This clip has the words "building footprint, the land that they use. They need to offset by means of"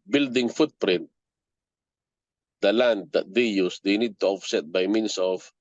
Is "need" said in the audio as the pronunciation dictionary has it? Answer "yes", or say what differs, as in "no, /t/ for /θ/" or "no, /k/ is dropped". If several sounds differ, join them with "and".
yes